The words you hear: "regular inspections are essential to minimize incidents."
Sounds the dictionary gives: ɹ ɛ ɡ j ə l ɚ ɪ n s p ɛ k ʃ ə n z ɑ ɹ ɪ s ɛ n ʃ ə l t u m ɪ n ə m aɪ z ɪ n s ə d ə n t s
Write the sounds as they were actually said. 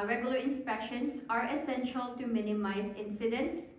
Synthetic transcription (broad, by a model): ɹ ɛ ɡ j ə l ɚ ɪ n s p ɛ k ʃ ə n s ɑ ɹ ɪ s ɛ n ʃ ə l t u m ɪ n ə m aɪ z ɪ n s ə d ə n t s